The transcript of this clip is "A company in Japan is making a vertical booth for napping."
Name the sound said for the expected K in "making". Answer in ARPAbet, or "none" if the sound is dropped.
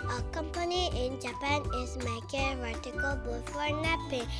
none